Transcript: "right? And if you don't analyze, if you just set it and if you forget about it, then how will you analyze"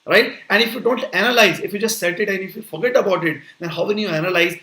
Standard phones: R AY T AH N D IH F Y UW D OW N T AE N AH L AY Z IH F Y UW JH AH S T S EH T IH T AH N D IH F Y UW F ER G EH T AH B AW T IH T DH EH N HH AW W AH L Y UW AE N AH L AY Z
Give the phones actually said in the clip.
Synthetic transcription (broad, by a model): R AY T AH N D IH F Y UW D OW N T AE N AH L AY Z IH F Y UW JH AH S T S EH T IH T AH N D IH F Y UW F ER G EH T AH B AW T IH T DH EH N HH AW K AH N Y UW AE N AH L AY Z